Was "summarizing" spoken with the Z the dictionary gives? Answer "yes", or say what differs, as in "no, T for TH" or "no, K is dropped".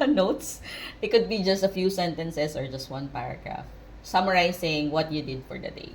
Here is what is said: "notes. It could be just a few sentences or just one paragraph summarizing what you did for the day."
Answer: no, S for Z